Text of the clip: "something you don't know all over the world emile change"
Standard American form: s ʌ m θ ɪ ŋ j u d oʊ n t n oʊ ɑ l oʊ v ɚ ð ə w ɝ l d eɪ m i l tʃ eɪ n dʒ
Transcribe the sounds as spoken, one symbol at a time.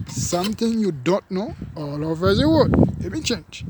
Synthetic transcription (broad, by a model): s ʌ m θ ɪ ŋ j u d oʊ n t n oʊ ɑ l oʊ v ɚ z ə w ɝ d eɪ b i n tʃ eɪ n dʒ